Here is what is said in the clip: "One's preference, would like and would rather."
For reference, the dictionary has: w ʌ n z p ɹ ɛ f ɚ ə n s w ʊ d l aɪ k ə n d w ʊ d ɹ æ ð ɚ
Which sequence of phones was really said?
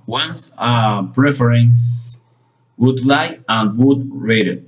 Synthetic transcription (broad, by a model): w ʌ n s p ɹ ɛ f ɚ ə n s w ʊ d l aɪ ə n d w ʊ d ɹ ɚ